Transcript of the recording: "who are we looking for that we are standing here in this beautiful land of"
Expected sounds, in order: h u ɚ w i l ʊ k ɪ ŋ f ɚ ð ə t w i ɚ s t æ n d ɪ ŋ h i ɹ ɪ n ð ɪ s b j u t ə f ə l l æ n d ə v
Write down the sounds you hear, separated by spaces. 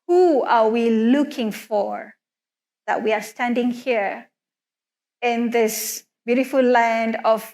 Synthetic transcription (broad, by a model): h u ɚ w i l ʊ k ɪ ŋ f ɚ ð ə t w i ɚ s t æ n d ɪ ŋ h i ɹ ɪ n ð ɪ s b j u t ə f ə l l æ n d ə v